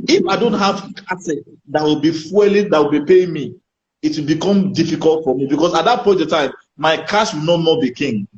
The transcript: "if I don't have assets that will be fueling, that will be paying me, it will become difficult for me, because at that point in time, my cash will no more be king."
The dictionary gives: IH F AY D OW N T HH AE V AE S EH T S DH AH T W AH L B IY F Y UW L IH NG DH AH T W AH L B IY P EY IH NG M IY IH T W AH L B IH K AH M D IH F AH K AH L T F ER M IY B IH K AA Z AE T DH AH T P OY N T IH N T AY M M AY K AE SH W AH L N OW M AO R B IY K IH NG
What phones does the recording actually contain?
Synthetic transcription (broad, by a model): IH F AY D OW N T HH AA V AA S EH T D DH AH T W AH L B IY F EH L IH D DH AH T W AH L B IY P EY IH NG M IY IH T W AH L B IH K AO M D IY F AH K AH L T F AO M IY B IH K AA S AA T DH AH T P OY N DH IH T AY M M AY K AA S W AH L N OW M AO B IY K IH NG